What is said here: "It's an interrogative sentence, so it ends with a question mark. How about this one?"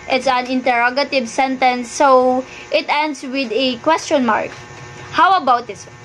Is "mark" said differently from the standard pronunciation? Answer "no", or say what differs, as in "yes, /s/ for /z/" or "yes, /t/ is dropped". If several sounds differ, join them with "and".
no